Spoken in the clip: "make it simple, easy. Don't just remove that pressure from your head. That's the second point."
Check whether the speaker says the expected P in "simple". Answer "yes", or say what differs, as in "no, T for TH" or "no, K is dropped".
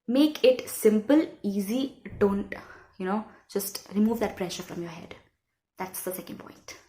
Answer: yes